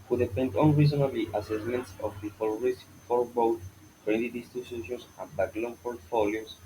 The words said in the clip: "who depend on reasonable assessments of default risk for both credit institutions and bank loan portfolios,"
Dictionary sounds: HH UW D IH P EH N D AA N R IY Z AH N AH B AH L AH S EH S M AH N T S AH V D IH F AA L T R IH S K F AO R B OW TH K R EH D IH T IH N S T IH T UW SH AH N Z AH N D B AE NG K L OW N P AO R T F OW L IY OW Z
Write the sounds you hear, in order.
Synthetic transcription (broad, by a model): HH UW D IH F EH N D AA N R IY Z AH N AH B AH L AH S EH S M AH N T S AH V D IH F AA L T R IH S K F AO R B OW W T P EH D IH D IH S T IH S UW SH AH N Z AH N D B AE K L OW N P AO R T F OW L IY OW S